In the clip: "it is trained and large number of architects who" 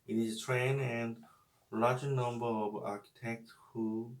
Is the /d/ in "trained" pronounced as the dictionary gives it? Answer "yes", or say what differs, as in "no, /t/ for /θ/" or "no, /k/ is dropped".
no, /d/ is dropped